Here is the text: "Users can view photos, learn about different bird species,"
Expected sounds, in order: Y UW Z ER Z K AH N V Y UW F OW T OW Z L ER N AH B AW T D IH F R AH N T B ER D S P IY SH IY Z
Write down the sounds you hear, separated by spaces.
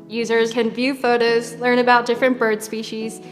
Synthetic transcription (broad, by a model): Y UW Z ER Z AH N V Y UW F OW T OW Z L ER N AH B AW T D IH F R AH N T B ER D S P IY SH IY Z